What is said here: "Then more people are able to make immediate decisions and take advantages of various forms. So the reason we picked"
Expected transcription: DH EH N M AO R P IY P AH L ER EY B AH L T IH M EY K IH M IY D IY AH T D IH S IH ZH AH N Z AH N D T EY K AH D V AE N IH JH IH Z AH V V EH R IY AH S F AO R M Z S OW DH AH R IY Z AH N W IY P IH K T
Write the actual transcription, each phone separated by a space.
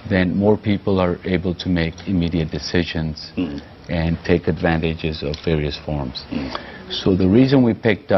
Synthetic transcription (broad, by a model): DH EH N M AO R P IY P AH L ER EY B AH L T IH M EY K IH M IY D IY AH T D IH S IH ZH AH N Z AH N T EY K AH D V AE N IH JH IH Z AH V V EH R IY AH S F AO R M Z S OW DH AH R IY Z AH N W IY P IH K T